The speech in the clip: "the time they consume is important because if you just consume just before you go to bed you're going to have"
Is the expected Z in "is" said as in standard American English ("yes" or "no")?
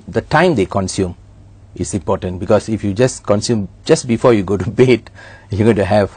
no